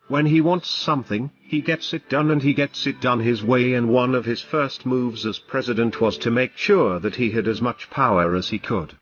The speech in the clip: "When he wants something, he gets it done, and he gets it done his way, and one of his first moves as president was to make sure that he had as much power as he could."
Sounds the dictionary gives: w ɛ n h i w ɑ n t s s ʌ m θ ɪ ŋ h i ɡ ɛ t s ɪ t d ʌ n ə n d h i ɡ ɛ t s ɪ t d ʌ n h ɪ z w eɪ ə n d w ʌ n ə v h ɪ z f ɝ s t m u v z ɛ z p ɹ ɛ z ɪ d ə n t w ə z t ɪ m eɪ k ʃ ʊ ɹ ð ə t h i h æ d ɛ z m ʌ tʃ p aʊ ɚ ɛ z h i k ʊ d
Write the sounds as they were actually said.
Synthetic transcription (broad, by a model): w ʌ n i w ɑ n t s s ʌ m θ ɪ ŋ i ɡ ɛ t s ɪ t d ʌ n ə n i ɡ ɛ t s ɪ t d ʌ n ɪ z w eɪ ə n w ʌ n ə v ɪ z f ɝ s t m u v z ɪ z p ɹ ɛ z ɪ d ə n t w ə z t ɪ m eɪ k ʃ ʊ ɹ ð ə t h i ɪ d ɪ z m ʌ tʃ p aʊ ɚ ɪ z i k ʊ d